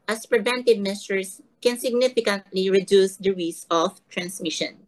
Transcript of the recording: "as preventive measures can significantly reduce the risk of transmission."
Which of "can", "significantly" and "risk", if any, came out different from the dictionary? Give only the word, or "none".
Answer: risk